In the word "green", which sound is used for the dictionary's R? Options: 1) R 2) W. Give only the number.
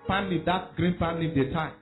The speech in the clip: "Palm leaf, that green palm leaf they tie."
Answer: 1